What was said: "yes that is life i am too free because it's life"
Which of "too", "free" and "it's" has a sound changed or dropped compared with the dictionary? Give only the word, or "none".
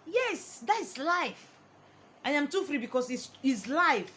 it's